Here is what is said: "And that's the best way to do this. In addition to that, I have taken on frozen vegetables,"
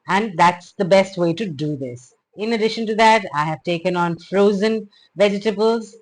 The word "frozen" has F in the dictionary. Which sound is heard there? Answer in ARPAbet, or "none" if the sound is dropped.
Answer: F